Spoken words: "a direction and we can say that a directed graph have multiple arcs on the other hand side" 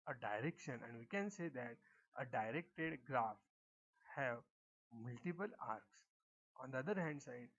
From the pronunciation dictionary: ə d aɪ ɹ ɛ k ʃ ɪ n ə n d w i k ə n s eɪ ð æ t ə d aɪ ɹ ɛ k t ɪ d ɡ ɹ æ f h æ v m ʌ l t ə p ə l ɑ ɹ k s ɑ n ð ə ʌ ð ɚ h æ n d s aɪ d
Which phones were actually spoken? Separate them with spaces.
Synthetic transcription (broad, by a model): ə d aɪ ɹ ɛ k ʃ ɪ n ə n d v i k ə n s eɪ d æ t ə d aɪ ɹ ɛ k t ɪ d ɡ ɹ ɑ f h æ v m ʌ l t ə p ə l ɑ ɹ k s ɑ n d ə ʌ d ɚ h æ n d s aɪ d